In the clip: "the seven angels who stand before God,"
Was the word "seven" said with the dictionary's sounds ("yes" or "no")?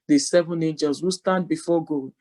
yes